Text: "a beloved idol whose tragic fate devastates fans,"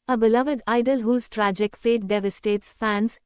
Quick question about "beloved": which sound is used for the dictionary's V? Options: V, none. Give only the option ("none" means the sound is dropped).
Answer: V